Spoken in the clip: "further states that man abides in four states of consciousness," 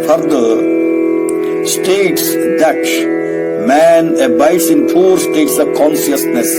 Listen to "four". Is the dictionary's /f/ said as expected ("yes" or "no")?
no